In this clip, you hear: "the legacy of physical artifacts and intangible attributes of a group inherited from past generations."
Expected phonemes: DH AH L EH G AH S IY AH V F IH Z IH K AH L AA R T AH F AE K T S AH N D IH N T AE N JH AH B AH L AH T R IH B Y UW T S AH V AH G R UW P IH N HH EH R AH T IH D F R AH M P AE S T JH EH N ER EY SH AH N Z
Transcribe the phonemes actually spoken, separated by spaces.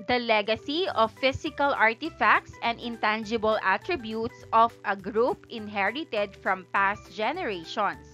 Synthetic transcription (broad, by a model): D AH L EH G AH S IY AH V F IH S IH K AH L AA R T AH F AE K T S AH N D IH N T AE N JH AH B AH L AH T R IH B Y UW T S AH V AH G R UW P IH N HH EH R AH T IH D F R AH M P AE S T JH EH N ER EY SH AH N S